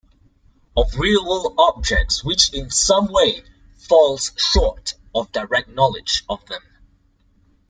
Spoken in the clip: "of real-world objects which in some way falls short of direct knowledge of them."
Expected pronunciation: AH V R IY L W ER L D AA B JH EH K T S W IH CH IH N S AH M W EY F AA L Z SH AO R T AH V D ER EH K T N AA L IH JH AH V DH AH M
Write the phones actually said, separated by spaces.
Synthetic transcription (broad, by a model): AH V R IY L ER L AA B JH EH K T S W IH CH IH N S AH M W EY F AA L Z SH AO R T AH V D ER EH K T N AA L IH JH AH V DH AH M